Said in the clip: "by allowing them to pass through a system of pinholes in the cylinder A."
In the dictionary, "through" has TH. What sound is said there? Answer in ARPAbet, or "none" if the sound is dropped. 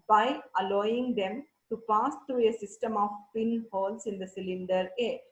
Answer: T